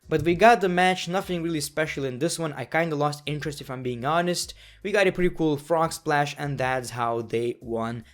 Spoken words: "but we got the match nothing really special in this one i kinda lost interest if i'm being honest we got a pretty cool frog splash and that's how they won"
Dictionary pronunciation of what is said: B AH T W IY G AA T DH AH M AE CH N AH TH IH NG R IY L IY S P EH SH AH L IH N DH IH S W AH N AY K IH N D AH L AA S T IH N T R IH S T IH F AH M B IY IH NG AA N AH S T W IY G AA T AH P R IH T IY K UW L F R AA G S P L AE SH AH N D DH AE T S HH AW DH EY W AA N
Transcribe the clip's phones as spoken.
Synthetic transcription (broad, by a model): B AH T W IY G AA T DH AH M AE CH N AH TH IH NG R IY L IY S P EH SH L IH N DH IH S W AH N AY K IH N D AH L AA S T IH N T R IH S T IH F AH M B IY IH NG AA N AH S T W IY G AA T AH P R IH T IY K UW L F R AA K S P L AE SH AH N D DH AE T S HH AW DH EY W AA N